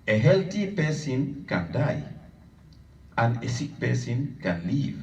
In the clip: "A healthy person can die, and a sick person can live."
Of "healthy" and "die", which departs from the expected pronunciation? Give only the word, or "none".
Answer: healthy